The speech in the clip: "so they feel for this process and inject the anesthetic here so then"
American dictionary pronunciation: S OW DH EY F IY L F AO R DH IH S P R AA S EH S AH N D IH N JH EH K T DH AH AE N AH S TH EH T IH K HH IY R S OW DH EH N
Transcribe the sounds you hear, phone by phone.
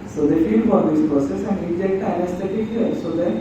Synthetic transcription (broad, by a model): S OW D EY F IY L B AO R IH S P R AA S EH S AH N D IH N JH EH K T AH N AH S T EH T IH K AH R S OW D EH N